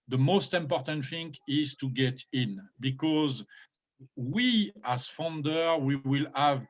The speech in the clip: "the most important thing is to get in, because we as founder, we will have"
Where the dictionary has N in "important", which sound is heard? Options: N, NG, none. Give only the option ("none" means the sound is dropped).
N